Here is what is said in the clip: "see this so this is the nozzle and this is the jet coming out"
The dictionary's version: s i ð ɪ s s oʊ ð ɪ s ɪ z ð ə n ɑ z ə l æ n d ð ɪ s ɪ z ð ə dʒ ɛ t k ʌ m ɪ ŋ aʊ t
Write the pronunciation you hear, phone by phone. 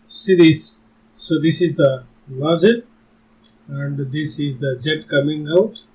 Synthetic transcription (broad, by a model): s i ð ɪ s s oʊ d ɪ s ɪ z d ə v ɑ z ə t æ n d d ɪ s ɪ z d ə dʒ ɛ t k ʌ m ɪ ŋ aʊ t